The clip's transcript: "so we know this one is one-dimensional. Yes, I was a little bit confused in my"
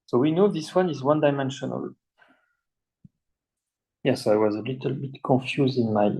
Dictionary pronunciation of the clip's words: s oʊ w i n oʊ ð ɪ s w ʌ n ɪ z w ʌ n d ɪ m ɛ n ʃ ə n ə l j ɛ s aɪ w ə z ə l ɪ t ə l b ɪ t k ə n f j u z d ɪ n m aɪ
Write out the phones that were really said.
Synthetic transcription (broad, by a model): s oʊ w i n oʊ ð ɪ s w ʌ n ɪ z w ʌ n d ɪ m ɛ n ʃ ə n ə l j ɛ s aɪ w ə z ə l ɪ t ə l b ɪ t k ə n f j u z d ɪ n m aɪ